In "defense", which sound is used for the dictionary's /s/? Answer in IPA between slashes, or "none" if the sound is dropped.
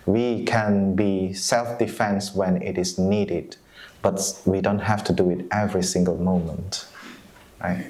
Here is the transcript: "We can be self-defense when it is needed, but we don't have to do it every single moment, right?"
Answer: /s/